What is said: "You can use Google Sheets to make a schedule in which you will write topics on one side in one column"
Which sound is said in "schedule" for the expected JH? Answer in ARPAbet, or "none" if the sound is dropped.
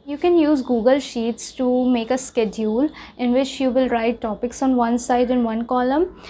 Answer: JH